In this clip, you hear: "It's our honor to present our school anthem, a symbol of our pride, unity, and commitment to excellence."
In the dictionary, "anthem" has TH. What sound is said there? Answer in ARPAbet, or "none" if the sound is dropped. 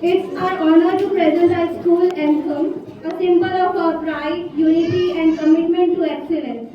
S